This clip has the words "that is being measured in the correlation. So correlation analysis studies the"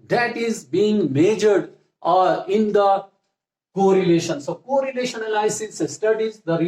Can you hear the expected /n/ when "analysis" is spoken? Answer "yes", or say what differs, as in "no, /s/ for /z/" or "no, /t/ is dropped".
no, /l/ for /n/